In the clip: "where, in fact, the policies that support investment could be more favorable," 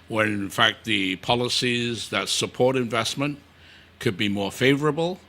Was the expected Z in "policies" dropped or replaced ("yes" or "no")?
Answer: no